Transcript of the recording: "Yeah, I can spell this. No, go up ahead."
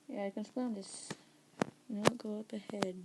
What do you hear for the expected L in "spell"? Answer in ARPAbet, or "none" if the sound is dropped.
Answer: N